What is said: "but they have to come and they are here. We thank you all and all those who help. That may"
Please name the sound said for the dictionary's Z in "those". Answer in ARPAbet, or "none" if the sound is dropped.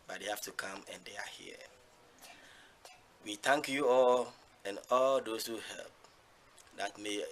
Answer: S